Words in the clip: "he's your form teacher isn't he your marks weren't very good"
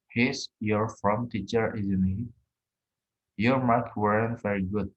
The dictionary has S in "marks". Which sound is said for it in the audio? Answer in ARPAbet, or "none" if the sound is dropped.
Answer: none